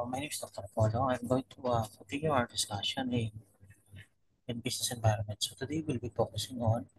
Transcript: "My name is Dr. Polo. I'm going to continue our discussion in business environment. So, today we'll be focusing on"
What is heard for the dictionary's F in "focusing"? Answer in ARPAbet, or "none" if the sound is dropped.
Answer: P